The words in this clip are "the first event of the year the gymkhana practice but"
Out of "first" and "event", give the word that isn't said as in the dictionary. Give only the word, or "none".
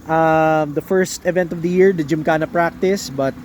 none